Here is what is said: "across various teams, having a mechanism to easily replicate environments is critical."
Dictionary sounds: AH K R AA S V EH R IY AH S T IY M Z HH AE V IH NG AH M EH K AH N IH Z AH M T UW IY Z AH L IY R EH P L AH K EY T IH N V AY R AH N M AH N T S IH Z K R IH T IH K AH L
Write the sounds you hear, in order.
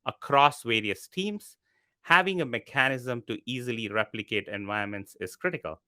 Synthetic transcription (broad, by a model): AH K R AA S V EH R IY AH S T IY M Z HH AE V IH NG AH M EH K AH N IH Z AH M T UW IY Z AH L IY R EH P L AH K EY T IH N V AY AH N M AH N T S IH Z K R IH T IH K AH L